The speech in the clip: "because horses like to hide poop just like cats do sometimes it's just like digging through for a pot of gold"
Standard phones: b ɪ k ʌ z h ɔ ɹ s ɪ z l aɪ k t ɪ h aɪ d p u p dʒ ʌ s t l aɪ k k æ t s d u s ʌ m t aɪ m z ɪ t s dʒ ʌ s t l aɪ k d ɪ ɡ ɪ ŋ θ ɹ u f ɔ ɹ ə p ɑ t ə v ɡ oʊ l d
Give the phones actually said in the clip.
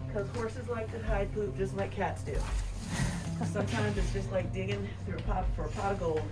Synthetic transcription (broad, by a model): k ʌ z h ɔ ɹ s ɪ z l aɪ k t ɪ h aɪ d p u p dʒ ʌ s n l aɪ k k æ t s d u s ʌ m t aɪ m z ɪ t s dʒ ʌ s t l aɪ k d ɪ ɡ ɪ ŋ θ ɹ u p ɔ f ə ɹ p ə ɡ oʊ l